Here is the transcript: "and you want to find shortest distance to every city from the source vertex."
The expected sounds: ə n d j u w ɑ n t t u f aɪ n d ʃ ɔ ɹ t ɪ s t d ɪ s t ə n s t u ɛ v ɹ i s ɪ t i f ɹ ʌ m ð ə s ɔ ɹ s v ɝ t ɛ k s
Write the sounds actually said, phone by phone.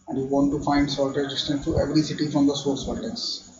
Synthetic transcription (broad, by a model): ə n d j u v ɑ n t t u f aɪ n d s ɔ l t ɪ t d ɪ s t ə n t t u ɛ v ɹ i s ɪ t i f ɹ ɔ m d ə s ɔ ɹ s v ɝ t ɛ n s